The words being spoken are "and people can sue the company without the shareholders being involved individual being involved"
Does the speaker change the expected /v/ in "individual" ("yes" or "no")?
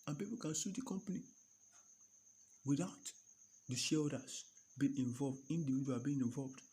yes